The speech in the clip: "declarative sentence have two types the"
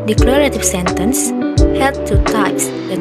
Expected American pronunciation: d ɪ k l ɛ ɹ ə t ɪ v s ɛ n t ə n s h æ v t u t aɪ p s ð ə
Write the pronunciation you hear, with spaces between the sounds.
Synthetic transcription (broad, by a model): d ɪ k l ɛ ɹ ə t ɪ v s ɛ n t ə n s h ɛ p t u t aɪ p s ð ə